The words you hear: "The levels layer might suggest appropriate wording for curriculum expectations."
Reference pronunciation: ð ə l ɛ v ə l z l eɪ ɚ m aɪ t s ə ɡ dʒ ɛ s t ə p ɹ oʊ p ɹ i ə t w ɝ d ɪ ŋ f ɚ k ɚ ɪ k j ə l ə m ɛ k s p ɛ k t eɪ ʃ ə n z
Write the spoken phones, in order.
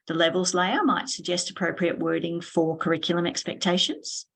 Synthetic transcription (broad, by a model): ð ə l ɛ v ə l z l eɪ ɚ m aɪ t s ə ɡ dʒ ɛ s t ə p ɹ oʊ p ɹ i ə t w ɝ d ɪ ŋ f ɚ k ɚ ɪ k j l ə m ɛ k s p ɛ k t eɪ ʃ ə n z